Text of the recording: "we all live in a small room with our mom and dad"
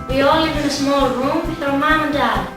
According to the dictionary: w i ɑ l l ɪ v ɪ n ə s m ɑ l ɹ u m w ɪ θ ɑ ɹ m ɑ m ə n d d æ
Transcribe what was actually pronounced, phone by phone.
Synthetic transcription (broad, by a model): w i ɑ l l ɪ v ɪ n ə s m ɑ l ɹ u m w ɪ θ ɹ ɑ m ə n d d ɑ